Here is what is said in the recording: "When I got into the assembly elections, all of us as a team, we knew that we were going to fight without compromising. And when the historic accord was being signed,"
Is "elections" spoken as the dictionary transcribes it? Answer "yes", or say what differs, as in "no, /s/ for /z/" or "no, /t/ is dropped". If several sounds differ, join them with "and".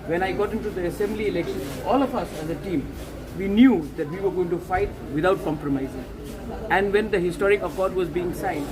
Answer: no, /z/ is dropped